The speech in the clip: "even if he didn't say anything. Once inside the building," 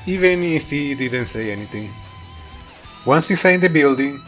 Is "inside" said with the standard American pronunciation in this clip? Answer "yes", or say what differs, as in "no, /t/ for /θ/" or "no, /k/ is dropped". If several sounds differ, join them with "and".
no, /n/ is dropped